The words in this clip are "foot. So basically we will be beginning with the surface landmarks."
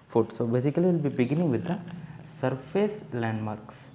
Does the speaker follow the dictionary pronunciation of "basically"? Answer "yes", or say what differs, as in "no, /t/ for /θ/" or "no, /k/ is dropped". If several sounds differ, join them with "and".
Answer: no, /l/ is dropped